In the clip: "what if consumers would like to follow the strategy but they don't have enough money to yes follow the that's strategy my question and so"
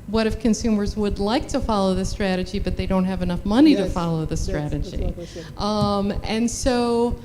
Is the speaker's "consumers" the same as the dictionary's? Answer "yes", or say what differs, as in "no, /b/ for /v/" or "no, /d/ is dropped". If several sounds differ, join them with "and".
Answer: yes